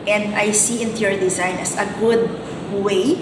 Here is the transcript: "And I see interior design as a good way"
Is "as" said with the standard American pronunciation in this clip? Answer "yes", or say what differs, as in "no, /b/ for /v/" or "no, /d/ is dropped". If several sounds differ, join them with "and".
no, /s/ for /z/